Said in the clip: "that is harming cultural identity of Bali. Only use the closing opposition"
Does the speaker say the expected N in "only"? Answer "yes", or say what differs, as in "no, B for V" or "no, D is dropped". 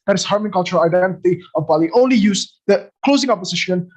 yes